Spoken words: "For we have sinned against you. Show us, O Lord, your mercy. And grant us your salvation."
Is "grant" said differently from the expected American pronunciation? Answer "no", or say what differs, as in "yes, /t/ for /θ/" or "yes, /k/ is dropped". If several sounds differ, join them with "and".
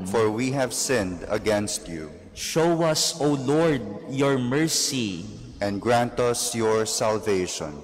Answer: no